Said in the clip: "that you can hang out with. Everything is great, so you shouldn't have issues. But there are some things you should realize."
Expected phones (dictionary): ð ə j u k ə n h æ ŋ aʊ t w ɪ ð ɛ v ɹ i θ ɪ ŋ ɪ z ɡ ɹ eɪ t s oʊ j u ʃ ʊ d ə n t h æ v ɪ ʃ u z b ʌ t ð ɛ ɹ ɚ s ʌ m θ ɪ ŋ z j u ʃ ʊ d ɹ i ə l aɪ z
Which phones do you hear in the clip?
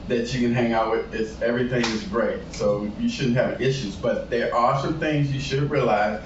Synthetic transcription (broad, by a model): ð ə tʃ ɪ k ə n h æ ŋ aʊ t w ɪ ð ɛ v ɹ i θ ɪ ŋ ɪ z ɡ ɹ eɪ t s oʊ j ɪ ʃ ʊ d n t h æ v ɪ ʃ u z b ʌ t ð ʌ ɹ ɚ s ʌ m θ ɪ ŋ z j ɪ ʃ ʊ d ɹ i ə l aɪ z